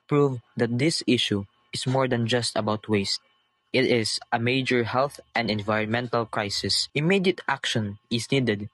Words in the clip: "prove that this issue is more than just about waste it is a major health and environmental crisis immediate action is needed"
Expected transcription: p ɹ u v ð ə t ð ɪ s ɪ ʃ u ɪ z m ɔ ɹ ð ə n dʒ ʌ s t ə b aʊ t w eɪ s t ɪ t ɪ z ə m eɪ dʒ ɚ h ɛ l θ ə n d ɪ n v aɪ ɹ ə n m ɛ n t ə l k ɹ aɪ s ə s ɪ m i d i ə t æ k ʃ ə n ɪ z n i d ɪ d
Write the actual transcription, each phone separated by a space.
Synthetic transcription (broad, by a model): p ɹ u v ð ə t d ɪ s ɪ ʃ u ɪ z m ɔ ɹ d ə n dʒ ʌ s t ə b aʊ t w eɪ s t ɪ t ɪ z ə m eɪ dʒ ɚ h ɛ l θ ə n d ɪ n v aɪ ɹ ə n m ɛ n t ə l k ɹ aɪ s ə s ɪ m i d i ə t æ k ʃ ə n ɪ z n i d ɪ d